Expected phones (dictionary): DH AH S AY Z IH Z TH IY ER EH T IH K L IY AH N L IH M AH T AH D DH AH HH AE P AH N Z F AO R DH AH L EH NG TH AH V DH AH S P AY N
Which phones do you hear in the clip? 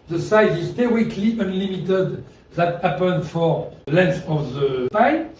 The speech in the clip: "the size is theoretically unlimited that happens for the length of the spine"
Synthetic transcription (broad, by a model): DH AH S AY Z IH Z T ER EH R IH K L IY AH N L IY M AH T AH D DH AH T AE P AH N F AO R L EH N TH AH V DH AH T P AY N